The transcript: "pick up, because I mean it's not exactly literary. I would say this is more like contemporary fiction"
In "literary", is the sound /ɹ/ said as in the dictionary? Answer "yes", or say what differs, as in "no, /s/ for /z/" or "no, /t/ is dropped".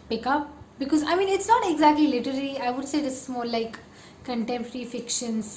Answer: no, /l/ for /ɹ/